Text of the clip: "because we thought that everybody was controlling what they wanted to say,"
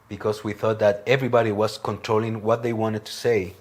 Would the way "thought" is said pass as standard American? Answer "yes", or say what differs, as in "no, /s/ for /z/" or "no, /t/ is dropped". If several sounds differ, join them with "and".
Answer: yes